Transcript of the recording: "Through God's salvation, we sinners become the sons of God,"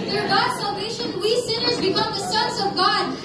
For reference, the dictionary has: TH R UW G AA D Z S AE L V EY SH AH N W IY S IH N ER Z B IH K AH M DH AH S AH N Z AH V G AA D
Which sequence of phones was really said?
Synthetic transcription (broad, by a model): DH R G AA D S AE L V EY SH AH N W IY S IH N ER Z B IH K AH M DH AH S AH N Z AH V G AA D